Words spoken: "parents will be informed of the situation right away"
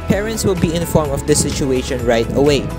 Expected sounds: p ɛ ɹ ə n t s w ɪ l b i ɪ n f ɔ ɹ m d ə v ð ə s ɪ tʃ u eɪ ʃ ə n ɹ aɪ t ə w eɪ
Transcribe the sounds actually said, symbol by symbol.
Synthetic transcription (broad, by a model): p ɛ ɹ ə n t s w ɪ l b i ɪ n f ɔ ɹ m ə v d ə s ɪ tʃ u eɪ ʃ ə n ɹ aɪ t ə w eɪ